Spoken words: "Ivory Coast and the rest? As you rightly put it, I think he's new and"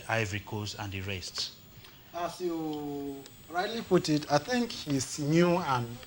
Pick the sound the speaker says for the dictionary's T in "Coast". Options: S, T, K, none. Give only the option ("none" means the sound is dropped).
none